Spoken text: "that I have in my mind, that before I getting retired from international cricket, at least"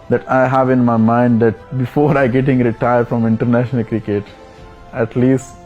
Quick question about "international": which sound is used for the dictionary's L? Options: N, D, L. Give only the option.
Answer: L